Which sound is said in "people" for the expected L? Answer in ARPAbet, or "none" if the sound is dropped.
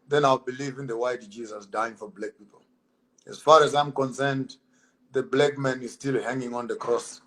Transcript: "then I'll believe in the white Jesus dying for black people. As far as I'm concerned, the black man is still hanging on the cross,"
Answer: L